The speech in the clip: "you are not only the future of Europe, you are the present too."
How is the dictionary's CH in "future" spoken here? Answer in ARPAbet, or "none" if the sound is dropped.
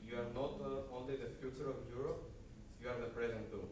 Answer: CH